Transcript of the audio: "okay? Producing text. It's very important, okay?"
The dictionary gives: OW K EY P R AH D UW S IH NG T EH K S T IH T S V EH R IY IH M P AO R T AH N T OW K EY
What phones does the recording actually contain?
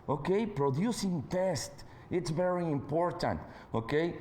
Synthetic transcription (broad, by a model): OW K EY P R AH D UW S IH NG T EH S T IH T S V EH R IY IH M P AO R T AH N T OW K EY